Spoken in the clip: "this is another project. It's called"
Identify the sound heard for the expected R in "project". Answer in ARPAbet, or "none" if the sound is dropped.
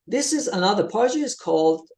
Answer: none